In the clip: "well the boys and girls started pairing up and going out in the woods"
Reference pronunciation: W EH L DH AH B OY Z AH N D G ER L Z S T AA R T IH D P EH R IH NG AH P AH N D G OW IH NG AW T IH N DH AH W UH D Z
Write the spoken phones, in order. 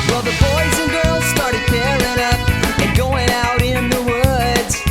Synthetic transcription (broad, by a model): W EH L DH AH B OY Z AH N G ER L Z S T AA R T IH D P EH R IH NG AH P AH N G OW IH NG AW T IH N DH AH W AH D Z